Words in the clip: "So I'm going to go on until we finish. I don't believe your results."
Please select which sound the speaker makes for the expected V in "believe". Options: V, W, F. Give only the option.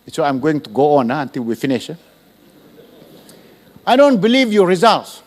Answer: V